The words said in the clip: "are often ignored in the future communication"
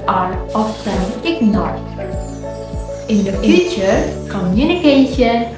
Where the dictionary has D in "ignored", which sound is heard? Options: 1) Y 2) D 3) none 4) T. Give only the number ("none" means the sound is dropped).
3